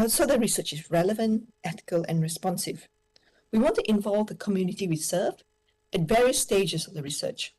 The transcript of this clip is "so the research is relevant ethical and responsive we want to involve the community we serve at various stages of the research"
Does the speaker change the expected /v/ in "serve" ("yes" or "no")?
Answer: yes